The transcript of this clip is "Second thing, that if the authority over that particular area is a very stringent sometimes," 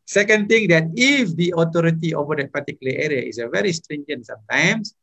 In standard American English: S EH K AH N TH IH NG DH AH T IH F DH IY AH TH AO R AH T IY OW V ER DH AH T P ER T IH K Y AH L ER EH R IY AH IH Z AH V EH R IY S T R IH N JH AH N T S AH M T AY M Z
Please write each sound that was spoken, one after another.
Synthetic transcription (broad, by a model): S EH K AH N T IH NG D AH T IH F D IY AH T AO R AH T IY OW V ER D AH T P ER T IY K Y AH L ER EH R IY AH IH S AH V EH R IY S T R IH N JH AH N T S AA M T AY M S